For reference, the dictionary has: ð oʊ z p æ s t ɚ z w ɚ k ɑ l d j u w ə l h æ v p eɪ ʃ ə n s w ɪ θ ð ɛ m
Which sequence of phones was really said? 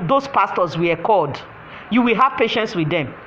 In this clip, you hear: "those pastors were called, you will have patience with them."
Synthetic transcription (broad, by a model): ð oʊ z p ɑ s t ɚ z w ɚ k ɑ d j u w ə l h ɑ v p eɪ ʃ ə n s w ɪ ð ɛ m